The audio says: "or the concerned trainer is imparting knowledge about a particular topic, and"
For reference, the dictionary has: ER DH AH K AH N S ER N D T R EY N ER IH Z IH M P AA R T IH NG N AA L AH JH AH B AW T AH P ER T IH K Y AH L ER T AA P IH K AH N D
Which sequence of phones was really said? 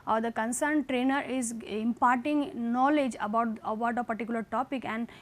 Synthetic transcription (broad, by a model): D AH K AH N S ER N D T R EY N ER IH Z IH M P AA R T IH NG N AA L AH JH AH B AW T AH P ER T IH K Y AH L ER T AA P IH K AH N D